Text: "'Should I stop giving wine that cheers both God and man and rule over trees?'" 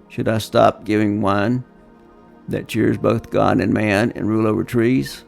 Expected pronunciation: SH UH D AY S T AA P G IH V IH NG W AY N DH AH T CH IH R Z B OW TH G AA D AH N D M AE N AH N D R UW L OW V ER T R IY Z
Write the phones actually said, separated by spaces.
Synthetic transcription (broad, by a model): SH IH D AY S T AA P G IH V IH NG W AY N DH AH T CH IH R Z B OW TH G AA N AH N M AE N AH N R UW L OW V ER T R IY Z